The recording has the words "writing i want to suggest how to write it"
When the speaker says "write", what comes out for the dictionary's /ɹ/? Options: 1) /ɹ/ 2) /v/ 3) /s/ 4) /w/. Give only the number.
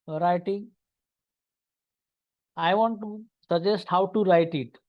1